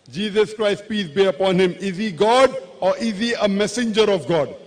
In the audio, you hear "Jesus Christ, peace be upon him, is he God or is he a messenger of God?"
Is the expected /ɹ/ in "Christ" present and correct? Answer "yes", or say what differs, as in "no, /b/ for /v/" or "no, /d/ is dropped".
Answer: yes